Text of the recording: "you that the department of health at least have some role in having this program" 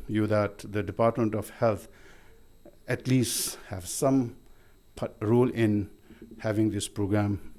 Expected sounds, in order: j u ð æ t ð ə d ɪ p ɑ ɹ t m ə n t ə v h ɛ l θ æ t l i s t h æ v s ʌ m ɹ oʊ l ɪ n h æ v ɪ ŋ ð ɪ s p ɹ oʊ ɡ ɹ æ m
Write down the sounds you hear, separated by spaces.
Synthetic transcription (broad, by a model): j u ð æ t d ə d ɪ p ɑ ɹ t m ə n t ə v h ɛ l t æ t l i s t h æ v s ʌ m ɹ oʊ l ɪ n h æ v ɪ ŋ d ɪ s p ɹ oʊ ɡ ɹ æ m